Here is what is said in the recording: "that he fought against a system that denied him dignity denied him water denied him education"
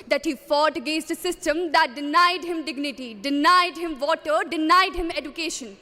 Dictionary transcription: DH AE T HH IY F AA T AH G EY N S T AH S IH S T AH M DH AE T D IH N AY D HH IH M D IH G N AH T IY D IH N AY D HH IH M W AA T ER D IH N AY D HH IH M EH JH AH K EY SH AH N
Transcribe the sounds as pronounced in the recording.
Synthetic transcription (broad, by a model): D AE T HH IY F AA T G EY S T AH S IH S T AH M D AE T D IH N AY D HH IH M D IH G N AH T IY D IH N AY D HH IH M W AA T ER D IH N AY D HH IH M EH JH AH K EY SH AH N